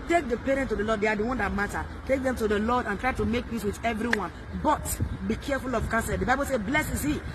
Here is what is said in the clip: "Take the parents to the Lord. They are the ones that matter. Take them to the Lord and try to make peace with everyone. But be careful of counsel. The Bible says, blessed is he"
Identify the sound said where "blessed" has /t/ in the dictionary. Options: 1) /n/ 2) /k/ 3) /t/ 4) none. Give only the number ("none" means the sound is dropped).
4